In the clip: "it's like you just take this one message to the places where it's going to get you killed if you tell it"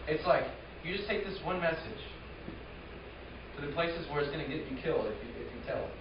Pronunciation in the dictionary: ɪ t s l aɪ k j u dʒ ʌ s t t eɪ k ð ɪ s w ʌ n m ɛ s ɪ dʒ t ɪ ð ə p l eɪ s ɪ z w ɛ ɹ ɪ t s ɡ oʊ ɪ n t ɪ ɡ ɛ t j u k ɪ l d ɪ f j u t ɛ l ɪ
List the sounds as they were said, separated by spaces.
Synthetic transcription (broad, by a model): ɪ t s l aɪ k j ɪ dʒ ʌ s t t eɪ k ð ɪ s w ʌ n m ɛ s ɪ dʒ t ɪ ð ə p l eɪ s ɪ z w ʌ ɹ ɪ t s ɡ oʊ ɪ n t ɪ ɡ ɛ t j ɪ k ɪ l d ɪ f j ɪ t ɛ l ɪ